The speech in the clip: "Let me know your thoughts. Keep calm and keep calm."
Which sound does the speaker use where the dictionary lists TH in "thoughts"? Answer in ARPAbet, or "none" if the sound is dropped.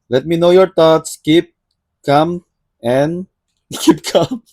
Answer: T